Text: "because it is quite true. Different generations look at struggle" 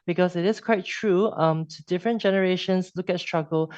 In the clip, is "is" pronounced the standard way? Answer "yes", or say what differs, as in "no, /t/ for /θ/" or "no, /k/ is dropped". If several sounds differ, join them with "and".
no, /s/ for /z/